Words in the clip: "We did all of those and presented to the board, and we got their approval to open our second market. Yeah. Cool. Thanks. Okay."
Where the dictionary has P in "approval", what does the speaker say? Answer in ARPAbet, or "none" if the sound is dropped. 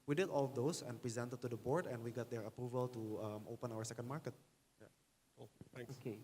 P